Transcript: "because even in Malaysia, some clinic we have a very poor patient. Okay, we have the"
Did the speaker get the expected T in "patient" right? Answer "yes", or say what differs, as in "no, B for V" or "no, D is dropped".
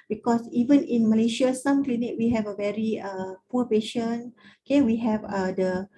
no, T is dropped